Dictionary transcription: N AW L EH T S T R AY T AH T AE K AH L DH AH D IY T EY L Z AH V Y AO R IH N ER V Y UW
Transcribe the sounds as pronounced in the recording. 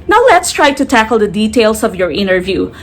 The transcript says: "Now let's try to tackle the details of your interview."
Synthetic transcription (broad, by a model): N AW L EH T S T R AY T AH T AE K AH L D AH D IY T EY L S AH V Y AO R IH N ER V Y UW